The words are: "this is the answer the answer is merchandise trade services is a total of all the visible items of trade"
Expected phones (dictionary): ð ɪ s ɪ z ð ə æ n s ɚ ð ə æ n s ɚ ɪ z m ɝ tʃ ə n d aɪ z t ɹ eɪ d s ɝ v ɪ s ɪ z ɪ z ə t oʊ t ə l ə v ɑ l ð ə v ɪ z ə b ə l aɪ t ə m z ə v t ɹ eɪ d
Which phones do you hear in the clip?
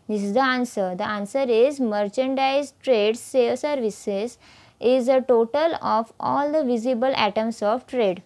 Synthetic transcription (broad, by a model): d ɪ s ɪ z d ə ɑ n s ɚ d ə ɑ n s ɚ ɪ z m ɝ tʃ ə n d aɪ z t ɹ eɪ d s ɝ v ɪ s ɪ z ɪ z ə t oʊ t ə l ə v ɑ l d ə v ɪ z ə b ə l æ t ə m s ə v t ɹ eɪ d